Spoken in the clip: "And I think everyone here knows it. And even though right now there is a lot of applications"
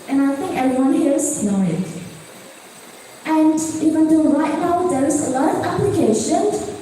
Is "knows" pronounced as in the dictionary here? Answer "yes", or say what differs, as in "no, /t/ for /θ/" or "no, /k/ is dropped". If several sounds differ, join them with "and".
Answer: no, /z/ is dropped